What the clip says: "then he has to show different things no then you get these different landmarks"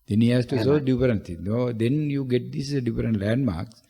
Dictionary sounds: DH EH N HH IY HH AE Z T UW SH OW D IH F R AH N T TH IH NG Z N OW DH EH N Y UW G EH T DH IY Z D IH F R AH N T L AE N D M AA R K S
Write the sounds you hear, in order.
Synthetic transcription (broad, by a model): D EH N HH IY HH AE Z T UW S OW D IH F R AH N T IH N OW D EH N Y UW G EH T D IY S D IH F R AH N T L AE N D M AA R K S